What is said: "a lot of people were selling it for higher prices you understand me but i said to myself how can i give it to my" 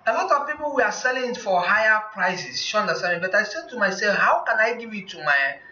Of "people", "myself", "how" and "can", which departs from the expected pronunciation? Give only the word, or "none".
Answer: myself